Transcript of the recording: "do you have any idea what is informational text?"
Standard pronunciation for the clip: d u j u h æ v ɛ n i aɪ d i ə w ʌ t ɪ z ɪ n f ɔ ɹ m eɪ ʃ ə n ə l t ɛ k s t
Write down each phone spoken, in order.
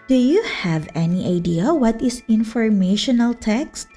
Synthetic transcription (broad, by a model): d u j u h æ v ɛ n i aɪ d i ə w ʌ t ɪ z ɪ n f ɔ ɹ m eɪ ʃ ə n ə l t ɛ k s t